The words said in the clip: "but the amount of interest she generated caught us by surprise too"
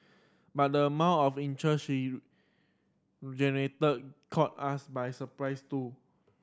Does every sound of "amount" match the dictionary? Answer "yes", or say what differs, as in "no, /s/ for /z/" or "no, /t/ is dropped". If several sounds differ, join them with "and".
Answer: no, /n/ is dropped